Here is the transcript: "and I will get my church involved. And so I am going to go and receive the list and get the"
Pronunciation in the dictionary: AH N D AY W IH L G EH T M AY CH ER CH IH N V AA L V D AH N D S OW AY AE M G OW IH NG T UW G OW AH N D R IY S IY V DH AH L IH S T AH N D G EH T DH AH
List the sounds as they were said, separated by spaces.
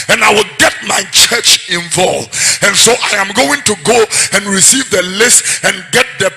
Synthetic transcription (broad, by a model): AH N AY W IH L G EH T M AY CH ER CH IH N V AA L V AH N S OW AY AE M G OW IH NG T UW G OW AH N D R IY S IY V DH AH L IH S T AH N G EH T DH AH